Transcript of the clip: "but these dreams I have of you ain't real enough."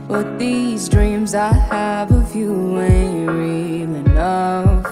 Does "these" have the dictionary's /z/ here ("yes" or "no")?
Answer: yes